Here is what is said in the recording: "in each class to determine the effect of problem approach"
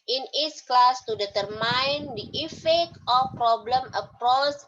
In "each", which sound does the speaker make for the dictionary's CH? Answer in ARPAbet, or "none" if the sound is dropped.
S